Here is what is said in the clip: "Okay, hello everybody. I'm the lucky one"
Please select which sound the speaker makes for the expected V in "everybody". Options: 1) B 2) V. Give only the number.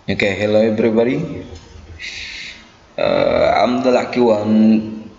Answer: 1